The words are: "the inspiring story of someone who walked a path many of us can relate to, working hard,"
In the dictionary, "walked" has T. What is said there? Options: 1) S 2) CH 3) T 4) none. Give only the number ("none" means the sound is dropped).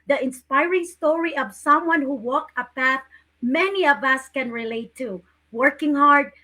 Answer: 4